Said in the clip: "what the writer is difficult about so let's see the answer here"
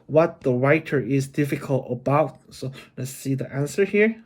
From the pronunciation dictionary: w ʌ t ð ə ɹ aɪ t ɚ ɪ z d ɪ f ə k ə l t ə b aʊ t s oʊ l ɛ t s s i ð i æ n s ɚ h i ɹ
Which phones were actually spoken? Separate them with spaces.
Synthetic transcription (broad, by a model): w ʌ t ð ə ɹ aɪ t ɚ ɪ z d ɪ f ə k ə l t ə b aʊ t s oʊ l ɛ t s s i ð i æ n s ɚ h i ɹ